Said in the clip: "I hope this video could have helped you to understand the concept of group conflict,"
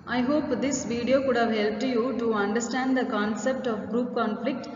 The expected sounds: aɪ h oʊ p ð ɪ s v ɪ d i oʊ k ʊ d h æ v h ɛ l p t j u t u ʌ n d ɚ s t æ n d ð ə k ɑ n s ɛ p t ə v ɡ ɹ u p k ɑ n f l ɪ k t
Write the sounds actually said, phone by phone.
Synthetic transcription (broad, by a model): aɪ h oʊ p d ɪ s v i d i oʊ k ʊ d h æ v h ɛ l p t j u t u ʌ n d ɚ s t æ n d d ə k ɑ n s ɛ p t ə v ɡ ɹ u p k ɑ n f l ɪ k t